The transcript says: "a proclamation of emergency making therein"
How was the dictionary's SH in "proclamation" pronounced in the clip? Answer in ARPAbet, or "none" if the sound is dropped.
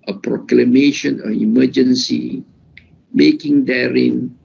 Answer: SH